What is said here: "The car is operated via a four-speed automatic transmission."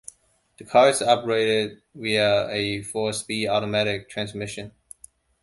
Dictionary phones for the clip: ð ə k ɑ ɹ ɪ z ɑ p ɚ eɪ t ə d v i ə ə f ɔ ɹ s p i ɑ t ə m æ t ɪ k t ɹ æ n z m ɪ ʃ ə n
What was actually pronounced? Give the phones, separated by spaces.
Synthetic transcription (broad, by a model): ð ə k ɑ ɹ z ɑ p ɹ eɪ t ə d w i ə ə f ɔ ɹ s p i ɑ t ə m æ t ɪ k t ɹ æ n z m ɪ ʃ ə n